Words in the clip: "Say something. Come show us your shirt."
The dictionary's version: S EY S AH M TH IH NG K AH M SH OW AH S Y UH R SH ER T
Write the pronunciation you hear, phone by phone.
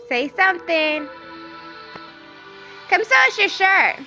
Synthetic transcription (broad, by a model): S EY S AH M TH IH NG K AH M S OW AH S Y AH R SH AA T